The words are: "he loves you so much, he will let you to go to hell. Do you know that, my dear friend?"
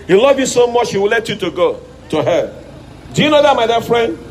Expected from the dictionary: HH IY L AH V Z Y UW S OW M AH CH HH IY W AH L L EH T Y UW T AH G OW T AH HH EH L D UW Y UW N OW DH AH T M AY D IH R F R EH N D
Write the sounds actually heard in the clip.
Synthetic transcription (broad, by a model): HH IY L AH V Y UW S OW M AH CH HH IY W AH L L EH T Y UW T AH G OW T AH HH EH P D UW Y UW N OW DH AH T M AY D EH F R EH N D